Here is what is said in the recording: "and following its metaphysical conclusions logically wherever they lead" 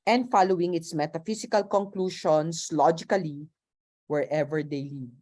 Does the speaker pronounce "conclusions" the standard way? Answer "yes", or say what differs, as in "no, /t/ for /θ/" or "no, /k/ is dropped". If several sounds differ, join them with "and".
no, /ʃ/ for /ʒ/ and /s/ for /z/